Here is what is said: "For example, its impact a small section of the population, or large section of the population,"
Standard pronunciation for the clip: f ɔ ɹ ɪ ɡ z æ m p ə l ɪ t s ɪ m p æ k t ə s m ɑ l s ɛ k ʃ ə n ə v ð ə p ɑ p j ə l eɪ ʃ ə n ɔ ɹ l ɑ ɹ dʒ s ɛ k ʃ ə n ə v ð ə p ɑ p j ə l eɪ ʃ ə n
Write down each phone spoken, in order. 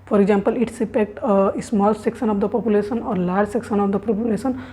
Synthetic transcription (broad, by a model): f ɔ ɹ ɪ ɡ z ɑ m p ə l ɪ t s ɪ p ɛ k t ə s m ɑ l s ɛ k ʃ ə n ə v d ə p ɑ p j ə l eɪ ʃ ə n ɔ ɹ l ɑ ɹ dʒ s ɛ k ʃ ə n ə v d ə p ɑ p j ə l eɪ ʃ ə n